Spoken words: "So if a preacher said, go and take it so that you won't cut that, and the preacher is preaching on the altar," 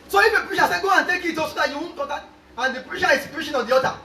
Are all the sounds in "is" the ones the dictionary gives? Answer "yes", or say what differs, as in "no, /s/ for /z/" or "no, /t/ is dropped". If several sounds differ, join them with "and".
no, /s/ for /z/